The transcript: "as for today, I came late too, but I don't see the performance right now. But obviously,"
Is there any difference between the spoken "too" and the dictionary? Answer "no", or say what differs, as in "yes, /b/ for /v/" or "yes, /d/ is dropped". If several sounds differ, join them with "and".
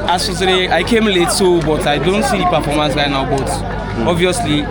yes, /s/ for /t/